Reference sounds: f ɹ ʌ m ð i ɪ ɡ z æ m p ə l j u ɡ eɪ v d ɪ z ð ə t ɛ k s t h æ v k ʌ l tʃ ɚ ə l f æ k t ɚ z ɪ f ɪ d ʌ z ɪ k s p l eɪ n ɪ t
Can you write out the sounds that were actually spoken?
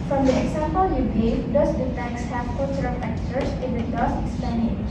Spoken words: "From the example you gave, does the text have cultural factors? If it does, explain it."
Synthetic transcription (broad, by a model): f ɹ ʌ m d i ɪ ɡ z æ m p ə l j u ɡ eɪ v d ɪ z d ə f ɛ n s h æ v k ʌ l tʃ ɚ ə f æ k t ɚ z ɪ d ɪ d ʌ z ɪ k s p eɪ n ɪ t